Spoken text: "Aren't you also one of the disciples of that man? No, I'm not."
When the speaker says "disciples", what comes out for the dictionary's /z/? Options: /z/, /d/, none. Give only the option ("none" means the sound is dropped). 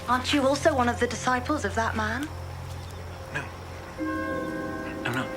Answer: /z/